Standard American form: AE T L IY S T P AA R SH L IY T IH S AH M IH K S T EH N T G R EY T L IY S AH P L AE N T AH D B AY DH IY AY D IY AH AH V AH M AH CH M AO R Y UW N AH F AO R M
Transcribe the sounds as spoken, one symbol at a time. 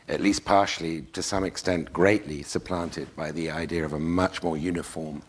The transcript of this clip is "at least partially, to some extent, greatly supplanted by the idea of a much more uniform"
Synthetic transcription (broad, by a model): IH T L IY S P AA R SH L IY T IH S AH M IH K S T EH N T G R EY T L IY S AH P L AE N T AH D B AY DH IY AY D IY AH AH V AH M AH CH M AO R Y UW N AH F AO R M